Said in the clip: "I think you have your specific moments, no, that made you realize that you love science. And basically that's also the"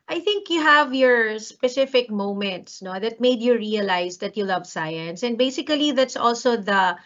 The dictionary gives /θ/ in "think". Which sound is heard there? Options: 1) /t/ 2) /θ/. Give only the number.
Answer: 2